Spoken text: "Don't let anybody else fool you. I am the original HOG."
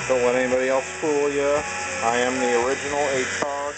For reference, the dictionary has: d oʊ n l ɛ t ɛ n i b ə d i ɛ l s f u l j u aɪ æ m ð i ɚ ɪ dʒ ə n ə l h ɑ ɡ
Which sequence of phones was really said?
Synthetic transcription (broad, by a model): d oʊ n w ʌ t ɛ n i b ə d i ɛ l s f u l j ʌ aɪ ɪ m ð i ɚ ɪ dʒ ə n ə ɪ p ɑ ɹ